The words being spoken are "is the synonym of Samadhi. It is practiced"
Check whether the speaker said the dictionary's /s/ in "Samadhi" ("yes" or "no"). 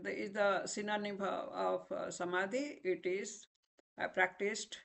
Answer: yes